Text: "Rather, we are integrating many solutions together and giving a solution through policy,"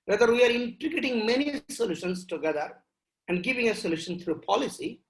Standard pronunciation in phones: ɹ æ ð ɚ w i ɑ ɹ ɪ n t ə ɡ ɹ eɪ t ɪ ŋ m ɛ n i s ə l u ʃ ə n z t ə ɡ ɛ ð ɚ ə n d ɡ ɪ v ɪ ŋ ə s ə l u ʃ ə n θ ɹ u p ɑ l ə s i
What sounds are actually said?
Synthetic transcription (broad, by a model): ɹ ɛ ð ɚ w i ɑ ɹ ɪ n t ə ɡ eɪ t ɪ ŋ m ɛ n i s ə l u ʃ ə n s t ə ɡ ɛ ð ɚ ə n d ɡ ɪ v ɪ ŋ ə s ə l u ʃ ə n t ɹ u p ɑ l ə s i